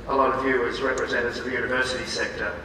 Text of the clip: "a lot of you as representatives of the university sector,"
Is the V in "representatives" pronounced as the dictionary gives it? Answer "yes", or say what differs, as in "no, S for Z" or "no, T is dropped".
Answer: no, V is dropped